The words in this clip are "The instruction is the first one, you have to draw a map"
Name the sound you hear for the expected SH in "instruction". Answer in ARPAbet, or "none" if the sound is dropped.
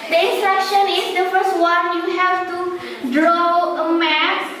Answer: SH